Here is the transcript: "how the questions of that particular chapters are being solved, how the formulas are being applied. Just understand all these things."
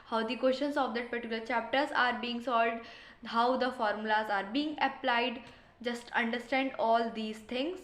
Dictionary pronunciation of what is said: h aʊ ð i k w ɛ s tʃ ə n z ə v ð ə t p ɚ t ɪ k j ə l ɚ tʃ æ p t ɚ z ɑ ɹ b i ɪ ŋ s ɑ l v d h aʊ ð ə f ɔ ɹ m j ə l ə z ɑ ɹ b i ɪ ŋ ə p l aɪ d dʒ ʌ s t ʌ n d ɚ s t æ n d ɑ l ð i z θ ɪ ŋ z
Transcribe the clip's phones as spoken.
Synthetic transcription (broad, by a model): h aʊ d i k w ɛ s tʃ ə n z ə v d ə t p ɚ t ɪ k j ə l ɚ tʃ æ p t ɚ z ɑ ɹ b i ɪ ŋ s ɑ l d h aʊ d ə f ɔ ɹ m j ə l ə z ɑ ɹ b i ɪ ŋ ə p l aɪ d dʒ ʌ s t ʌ n d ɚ s t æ n d ɑ l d i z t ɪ ŋ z